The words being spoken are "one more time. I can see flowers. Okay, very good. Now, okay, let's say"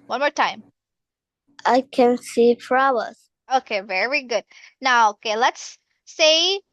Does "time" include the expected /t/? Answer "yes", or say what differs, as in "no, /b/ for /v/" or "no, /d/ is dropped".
yes